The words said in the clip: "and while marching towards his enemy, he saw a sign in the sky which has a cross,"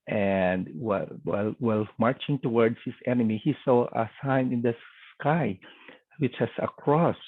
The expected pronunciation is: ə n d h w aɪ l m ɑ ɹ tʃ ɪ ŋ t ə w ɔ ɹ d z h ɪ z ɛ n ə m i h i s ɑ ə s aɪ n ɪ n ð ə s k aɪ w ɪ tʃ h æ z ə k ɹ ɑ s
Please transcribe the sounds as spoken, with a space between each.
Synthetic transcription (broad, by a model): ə n d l w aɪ l m ɑ ɹ tʃ ɪ ŋ t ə w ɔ ɹ d s h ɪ s ɛ n ə m i h i s ɑ ə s aɪ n ɪ n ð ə s k aɪ w ɪ tʃ h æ s ə k ɹ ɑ s